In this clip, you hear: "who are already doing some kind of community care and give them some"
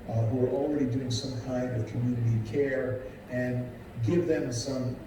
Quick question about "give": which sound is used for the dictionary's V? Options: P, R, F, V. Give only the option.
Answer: V